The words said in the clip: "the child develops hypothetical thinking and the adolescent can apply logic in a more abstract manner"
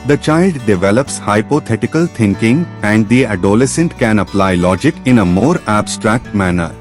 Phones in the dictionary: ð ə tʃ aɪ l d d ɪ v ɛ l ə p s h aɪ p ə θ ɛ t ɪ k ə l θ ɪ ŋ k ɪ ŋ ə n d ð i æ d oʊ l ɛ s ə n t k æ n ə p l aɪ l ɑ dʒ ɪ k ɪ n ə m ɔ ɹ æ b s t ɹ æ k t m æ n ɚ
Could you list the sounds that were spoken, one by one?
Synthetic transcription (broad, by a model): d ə tʃ aɪ l d d ɪ v ɛ l ə p s h aɪ p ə t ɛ t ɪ k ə l t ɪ ŋ k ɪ ŋ ə n d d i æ d oʊ l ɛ s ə n t k æ n ə p l aɪ l ɑ dʒ ɪ k ɪ n ə m ɔ ɹ æ b s t ɹ æ k t m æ n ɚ